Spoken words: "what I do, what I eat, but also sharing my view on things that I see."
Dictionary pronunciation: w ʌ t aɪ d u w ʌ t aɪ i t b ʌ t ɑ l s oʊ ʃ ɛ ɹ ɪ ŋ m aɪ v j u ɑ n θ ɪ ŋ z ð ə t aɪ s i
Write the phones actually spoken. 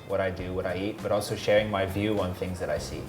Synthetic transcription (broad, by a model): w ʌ t aɪ d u w ʌ t aɪ i t b ʌ t ɑ l s oʊ ʃ ɛ ɹ ɪ ŋ m aɪ v j u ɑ n θ ɪ ŋ z ð ə t aɪ s i